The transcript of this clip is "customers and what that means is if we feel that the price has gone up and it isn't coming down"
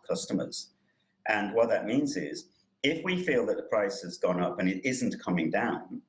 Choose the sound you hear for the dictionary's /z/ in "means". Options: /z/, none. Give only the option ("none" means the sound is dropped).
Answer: /z/